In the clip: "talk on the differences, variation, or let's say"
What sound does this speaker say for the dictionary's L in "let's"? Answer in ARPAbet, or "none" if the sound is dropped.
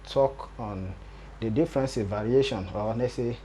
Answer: N